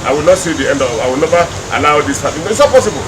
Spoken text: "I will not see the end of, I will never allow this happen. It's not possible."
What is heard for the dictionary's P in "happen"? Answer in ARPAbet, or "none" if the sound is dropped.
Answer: none